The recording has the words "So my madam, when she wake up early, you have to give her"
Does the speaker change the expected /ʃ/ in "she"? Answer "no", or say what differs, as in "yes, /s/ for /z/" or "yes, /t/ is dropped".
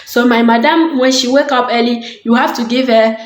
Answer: no